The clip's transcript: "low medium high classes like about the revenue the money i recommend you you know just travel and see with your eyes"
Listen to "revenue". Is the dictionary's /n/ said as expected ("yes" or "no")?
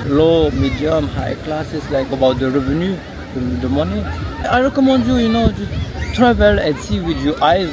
yes